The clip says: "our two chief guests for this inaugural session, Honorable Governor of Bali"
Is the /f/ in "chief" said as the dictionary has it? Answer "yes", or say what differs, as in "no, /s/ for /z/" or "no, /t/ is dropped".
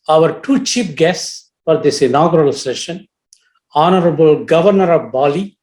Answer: no, /p/ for /f/